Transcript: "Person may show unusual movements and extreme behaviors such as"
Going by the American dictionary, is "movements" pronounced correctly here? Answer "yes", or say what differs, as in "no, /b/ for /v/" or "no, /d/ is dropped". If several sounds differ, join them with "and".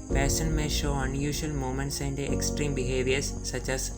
no, /v/ is dropped